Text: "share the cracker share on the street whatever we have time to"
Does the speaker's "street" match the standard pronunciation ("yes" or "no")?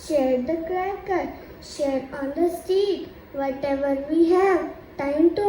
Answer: no